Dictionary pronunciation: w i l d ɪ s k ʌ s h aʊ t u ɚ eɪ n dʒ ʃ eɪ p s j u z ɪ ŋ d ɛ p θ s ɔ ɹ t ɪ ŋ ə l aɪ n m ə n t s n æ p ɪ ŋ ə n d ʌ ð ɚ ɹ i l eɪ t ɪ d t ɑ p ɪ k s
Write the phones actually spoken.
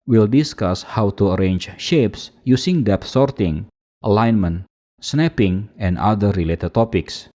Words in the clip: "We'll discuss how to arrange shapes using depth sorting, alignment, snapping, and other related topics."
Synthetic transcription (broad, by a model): w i l d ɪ s k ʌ s h aʊ t u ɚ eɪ n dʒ ʃ eɪ p s j u s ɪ ŋ d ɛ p s ɔ ɹ t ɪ ŋ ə l aɪ n m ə n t s n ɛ p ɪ ŋ ə n d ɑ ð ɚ ɹ i l eɪ t ɪ d t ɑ p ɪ k s